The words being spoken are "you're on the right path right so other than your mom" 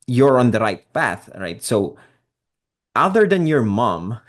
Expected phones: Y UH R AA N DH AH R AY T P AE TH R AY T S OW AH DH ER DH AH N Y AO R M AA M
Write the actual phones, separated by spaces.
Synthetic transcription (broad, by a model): Y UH R AA N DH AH R AY T P AE TH R AY T S OW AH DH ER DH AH N Y AO R M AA M